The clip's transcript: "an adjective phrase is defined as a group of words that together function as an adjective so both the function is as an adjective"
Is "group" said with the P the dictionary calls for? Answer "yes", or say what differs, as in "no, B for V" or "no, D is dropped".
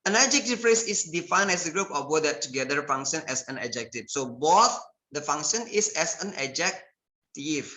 yes